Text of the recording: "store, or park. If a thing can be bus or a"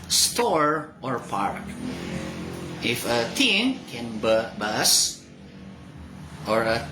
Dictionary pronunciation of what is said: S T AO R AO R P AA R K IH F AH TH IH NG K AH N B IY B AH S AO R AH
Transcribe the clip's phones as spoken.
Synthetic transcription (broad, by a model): S T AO R AO R P AA R K IH F AH T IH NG K AH N B IY B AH S AO R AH